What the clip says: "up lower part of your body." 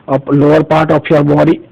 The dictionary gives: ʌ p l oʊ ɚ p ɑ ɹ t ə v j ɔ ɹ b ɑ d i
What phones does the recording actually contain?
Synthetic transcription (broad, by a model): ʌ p l oʊ ɚ p ɑ ɹ t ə p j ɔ ɹ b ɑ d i